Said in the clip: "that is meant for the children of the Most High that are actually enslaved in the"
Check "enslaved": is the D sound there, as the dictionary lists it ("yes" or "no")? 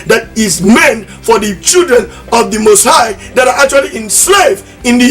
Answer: no